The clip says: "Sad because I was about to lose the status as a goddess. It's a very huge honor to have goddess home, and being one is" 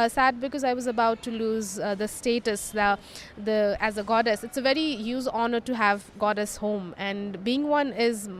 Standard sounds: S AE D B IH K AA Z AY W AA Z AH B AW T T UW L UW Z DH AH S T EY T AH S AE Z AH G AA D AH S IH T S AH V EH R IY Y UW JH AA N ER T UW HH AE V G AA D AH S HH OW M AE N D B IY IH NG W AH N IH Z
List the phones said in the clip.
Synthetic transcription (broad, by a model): S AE D B IH K AA Z AY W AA Z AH B AW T T UW L UW Z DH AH S T EY T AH S AE Z AH G AA D AH S IH T S AH V EH R IY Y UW Z AA N ER T UW HH AE V G AA D AH S HH OW M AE N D B IY IH NG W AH N IH Z